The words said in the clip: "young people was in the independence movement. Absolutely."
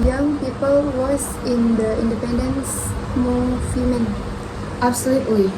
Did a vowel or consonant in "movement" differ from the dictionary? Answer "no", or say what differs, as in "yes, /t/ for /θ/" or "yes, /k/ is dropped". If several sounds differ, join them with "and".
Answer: yes, /f/ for /v/